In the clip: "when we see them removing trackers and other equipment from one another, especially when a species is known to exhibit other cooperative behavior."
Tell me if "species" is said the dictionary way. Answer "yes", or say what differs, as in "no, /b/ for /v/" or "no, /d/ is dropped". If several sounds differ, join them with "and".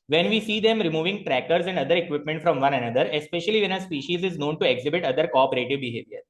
yes